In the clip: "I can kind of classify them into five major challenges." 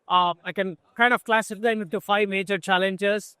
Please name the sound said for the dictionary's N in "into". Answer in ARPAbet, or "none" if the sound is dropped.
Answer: none